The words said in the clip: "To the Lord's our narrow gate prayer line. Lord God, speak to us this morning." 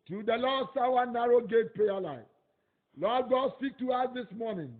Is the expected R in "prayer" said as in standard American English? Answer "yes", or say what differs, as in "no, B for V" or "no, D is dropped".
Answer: no, R is dropped